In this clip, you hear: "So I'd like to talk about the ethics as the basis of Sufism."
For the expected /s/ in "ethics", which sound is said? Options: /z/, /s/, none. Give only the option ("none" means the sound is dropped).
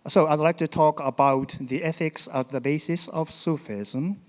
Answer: /s/